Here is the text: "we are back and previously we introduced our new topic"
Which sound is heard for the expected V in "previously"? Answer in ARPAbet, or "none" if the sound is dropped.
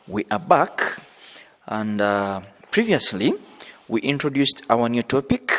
V